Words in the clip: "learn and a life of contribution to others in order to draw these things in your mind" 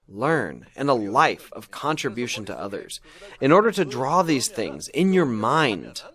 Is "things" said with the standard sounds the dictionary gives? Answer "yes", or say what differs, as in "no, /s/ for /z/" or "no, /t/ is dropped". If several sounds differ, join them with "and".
yes